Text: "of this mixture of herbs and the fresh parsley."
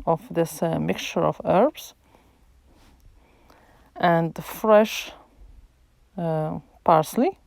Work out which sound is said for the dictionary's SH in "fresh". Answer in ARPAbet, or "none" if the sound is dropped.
SH